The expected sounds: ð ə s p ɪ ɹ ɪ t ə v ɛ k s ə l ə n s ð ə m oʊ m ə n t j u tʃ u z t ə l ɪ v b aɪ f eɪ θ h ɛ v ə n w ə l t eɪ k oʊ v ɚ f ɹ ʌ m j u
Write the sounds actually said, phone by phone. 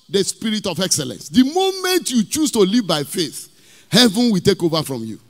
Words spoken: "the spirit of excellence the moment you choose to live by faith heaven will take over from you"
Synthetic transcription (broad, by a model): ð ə s p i ɹ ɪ t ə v ɛ k s ə l ə n s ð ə m oʊ m ə n t j u tʃ u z t ə l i v b aɪ f eɪ θ h ɛ v ə n w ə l t eɪ k oʊ v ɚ f ɹ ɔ m j u